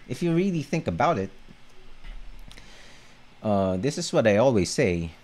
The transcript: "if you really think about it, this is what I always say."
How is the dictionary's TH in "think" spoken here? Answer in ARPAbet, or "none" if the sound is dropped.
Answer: TH